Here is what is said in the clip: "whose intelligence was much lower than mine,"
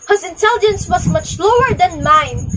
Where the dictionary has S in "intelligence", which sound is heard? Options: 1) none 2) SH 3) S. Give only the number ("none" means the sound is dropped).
3